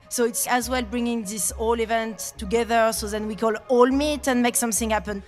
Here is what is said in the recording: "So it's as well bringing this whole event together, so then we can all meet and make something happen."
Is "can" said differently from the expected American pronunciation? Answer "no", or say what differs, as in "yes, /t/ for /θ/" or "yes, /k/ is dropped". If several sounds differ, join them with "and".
yes, /l/ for /n/